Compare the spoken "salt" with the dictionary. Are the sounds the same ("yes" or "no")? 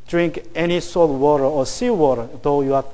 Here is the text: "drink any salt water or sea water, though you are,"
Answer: no